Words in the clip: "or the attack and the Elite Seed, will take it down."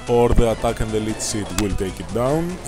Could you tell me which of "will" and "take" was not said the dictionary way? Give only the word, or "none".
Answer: none